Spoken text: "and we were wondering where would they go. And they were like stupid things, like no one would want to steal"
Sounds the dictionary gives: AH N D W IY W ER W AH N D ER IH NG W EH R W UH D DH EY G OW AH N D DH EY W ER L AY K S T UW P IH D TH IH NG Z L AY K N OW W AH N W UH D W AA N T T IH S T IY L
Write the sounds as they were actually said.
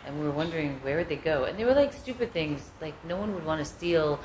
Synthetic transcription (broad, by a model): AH N W IY W ER W AH N D ER IH NG W EH R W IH D DH EY G OW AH N DH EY W ER L AY K S T UW P IH D TH IH NG Z L AY K N OW W AH N W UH D W AA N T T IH S T IY L